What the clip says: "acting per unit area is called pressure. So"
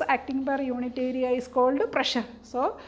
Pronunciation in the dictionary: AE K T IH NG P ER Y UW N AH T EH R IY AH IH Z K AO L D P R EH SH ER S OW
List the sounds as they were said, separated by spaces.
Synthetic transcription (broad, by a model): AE K T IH NG B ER Y UW N AH T EH R IY AH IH S K AO L D P R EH SH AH S OW